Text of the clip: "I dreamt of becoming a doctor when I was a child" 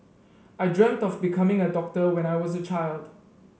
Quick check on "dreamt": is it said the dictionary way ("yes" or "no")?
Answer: yes